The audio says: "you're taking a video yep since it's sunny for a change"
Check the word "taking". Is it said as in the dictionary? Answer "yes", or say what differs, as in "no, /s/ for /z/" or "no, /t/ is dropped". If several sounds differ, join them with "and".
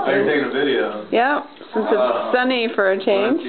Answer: no, /k/ is dropped